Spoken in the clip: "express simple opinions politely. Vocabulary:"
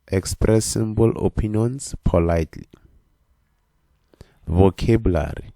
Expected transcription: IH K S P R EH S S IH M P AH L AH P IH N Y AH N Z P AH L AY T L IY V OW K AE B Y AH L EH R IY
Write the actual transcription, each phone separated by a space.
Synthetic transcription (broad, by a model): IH K S P R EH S S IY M B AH L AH P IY N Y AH N S P AH L AY T L IY V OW K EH B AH L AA R IY